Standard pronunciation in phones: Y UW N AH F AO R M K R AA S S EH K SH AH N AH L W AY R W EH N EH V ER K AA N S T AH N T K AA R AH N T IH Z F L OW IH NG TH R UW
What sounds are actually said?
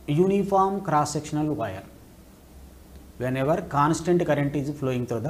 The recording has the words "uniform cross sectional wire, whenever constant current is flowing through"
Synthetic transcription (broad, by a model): Y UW N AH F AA R M K R AA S S EH K SH AH N AH L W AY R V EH N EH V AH K AA N S T AH N T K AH R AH N T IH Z P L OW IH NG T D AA